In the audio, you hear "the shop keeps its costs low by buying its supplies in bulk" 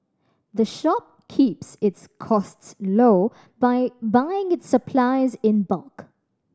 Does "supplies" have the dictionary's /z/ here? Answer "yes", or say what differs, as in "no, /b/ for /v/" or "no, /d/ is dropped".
yes